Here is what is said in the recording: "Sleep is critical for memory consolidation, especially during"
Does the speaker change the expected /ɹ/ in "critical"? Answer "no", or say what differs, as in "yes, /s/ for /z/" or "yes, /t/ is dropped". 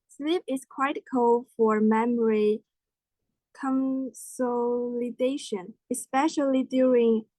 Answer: yes, /w/ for /ɹ/